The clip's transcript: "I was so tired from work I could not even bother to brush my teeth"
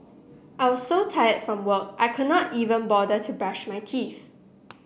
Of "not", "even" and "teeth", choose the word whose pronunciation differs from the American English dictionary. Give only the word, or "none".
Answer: teeth